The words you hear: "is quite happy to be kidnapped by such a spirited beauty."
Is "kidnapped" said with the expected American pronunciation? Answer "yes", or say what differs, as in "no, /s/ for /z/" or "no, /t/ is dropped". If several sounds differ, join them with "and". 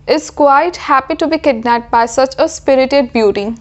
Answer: no, /p/ is dropped